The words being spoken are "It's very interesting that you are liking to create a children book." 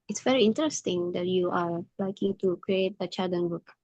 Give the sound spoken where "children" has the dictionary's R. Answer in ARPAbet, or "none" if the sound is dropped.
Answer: none